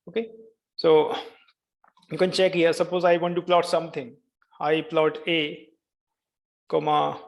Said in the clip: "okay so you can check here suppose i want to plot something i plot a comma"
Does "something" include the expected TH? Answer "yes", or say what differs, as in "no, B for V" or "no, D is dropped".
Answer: no, T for TH